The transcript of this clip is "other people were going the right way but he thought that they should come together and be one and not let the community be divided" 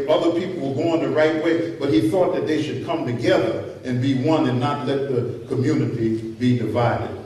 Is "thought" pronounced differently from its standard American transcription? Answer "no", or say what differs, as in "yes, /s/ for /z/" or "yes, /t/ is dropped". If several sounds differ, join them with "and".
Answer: no